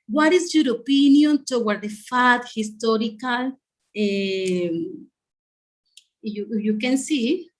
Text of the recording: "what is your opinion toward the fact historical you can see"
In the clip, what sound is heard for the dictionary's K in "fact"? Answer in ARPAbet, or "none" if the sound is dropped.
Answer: none